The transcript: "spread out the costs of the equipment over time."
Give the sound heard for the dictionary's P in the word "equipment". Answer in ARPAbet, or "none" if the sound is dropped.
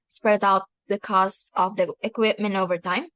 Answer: P